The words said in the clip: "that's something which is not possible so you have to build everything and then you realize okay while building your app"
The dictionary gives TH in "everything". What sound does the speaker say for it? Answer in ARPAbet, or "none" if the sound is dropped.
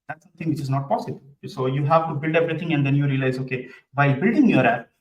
T